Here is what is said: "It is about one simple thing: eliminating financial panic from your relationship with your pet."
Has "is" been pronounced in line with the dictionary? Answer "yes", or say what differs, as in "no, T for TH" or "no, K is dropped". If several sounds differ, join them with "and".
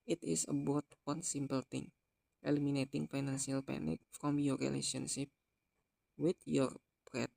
no, S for Z